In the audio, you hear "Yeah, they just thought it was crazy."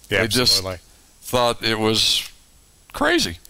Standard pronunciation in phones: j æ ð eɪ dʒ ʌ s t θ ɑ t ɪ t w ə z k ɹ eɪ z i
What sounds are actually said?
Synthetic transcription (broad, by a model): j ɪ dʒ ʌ s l θ ɑ t ɪ t w ə z k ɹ eɪ z i